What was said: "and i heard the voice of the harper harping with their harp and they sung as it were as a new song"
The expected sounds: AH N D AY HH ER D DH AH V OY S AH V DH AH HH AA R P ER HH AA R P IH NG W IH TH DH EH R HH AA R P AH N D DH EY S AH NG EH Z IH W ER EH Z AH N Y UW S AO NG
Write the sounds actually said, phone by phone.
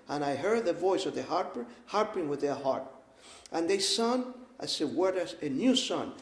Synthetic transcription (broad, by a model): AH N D AY HH ER D DH AH V OY S AH V DH AH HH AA R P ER HH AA R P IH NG W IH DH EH R HH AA R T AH N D DH EY S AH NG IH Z IH W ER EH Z AH N Y UW S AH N